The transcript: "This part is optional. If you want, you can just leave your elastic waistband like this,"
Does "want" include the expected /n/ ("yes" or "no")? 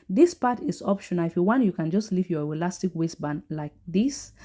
yes